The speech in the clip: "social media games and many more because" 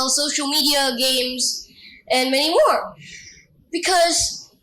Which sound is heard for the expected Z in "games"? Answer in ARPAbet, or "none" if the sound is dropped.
Z